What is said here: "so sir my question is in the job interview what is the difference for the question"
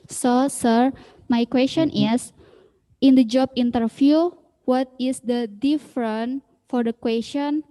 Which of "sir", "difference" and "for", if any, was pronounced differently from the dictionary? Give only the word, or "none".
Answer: difference